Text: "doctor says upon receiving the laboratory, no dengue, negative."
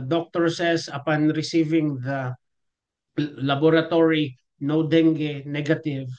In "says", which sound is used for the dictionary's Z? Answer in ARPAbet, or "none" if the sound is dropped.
S